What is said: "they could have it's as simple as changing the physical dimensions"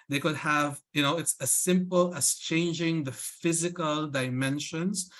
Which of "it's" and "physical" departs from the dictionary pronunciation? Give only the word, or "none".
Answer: none